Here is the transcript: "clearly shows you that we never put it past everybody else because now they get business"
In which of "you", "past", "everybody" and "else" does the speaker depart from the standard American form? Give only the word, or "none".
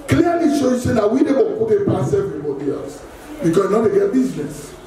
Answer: past